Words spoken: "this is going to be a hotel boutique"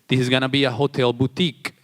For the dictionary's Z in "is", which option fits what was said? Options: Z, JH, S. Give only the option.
Z